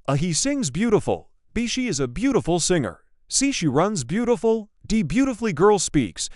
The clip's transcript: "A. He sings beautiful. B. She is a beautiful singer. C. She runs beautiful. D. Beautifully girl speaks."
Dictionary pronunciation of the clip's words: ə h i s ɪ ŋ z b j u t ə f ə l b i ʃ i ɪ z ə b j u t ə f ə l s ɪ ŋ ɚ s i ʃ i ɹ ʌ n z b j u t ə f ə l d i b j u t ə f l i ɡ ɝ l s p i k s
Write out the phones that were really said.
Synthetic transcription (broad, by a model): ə h i s ɪ ŋ z b j u t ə f l b i ʃ i ɪ z ə b j u t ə f l s ɪ ŋ ɚ s i ʃ i ɹ ʌ n z b j u t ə f l d i b j u t ə f l i ɡ ɝ l s p i k s